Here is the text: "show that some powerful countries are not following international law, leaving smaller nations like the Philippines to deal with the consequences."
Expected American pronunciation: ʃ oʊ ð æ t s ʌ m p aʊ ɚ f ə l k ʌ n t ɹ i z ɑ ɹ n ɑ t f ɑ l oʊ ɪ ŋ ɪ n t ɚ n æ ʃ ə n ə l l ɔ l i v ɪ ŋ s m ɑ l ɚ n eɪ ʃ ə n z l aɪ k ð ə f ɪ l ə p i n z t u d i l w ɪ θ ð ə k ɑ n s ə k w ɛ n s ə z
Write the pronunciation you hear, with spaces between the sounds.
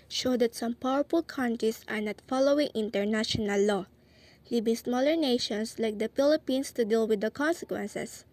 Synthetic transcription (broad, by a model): ʃ oʊ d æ t s ʌ m p aʊ ɚ f ə l k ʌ n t ɹ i s ɑ ɹ n ɑ t f ɑ l oʊ ɪ ŋ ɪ n t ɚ n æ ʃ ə n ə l l ɔ l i b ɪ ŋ s m ɑ l ɚ n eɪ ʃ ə n s l aɪ k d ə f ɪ l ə p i n s t u d i l w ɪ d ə k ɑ n s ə k w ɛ n s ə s